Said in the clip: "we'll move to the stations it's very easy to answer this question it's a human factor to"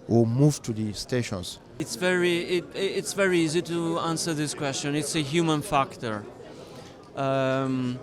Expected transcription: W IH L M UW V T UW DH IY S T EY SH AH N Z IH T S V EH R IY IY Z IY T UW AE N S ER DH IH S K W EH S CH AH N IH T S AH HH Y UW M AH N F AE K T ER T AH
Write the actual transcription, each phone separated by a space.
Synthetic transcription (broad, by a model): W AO M UW V T UW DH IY S T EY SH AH N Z IH T S V EH R IY IY Z IY T UW AE N S ER DH IH S K W EH S CH AH N IH T S AH HH Y UW M AH N F AE K T ER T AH